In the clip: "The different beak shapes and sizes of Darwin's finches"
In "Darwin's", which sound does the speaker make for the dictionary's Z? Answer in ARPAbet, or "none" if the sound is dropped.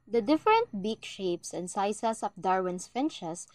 S